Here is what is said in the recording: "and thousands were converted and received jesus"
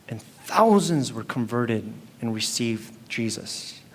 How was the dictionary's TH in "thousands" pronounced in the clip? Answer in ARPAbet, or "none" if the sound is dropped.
TH